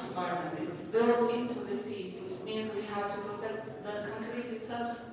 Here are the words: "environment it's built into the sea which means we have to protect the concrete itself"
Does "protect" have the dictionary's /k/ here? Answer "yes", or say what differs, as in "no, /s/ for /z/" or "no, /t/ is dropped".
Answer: no, /k/ is dropped